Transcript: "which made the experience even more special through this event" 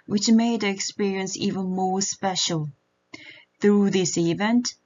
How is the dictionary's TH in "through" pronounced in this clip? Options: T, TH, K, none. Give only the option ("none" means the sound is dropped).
TH